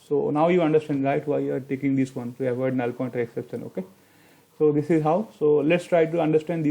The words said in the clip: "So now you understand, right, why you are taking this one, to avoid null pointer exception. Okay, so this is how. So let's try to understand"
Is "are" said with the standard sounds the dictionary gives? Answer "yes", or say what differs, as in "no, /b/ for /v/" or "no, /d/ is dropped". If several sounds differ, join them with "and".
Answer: yes